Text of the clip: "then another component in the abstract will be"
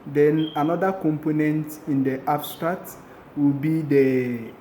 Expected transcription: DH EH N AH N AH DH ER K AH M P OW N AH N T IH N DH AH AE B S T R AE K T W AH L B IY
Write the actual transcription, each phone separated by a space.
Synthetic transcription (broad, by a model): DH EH N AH N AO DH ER K AH M P OW N AH N T IH N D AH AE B S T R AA T W AH L B IY